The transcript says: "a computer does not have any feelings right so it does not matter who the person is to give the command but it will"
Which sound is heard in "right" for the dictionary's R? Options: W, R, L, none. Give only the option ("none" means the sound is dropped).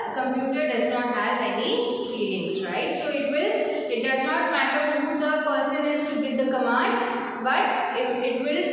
R